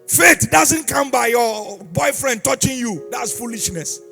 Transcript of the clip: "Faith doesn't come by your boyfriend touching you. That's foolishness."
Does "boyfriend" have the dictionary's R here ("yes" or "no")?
yes